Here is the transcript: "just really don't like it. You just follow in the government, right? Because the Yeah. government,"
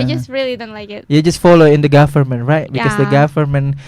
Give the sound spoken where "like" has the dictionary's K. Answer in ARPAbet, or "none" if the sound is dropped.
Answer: none